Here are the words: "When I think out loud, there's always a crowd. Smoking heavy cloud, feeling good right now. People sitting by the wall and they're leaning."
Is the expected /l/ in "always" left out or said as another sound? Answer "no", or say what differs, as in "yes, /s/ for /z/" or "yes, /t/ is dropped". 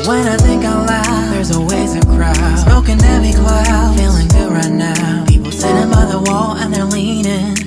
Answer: yes, /l/ is dropped